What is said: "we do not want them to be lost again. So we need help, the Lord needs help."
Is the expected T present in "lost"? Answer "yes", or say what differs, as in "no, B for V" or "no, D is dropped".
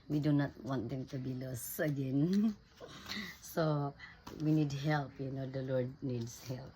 no, T is dropped